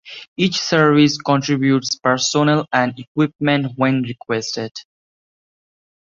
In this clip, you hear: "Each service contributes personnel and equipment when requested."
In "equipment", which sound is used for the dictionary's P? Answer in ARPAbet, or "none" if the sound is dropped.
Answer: P